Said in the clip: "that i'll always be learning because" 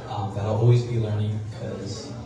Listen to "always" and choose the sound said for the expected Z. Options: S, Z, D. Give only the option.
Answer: Z